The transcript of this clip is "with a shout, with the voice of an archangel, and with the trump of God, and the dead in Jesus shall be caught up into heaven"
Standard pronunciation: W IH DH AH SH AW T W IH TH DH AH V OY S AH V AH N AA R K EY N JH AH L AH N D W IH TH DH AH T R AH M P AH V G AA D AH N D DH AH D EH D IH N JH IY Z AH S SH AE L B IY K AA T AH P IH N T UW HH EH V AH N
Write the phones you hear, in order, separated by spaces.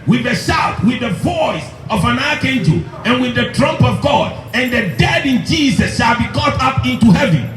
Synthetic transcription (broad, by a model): W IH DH AH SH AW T W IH DH AH V OY S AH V AH N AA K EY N JH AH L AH N W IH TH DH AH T R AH M P AH V G AA D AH N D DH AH D EH D IH N JH IY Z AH S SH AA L B IY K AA T AH P IH N T UW HH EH V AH N